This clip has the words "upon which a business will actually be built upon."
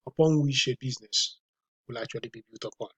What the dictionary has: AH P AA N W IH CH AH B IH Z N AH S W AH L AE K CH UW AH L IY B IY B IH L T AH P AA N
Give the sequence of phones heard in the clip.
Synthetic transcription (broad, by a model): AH P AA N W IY SH AH B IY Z N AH S W AH L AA K CH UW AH L IY B IY B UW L T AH P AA N